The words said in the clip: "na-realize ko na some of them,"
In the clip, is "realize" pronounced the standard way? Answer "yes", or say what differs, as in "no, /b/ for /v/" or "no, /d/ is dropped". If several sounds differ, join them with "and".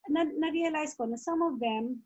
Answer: no, /s/ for /z/